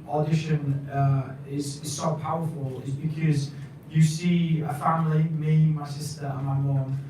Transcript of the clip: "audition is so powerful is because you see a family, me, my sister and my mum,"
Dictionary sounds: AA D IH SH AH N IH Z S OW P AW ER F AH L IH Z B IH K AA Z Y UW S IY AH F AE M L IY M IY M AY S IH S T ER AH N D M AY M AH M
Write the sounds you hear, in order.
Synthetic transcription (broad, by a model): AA D IH SH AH N IH Z S OW P AW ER F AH L IH Z B IH K AA Z Y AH S IY AH F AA M L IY M IY M AY S IH S T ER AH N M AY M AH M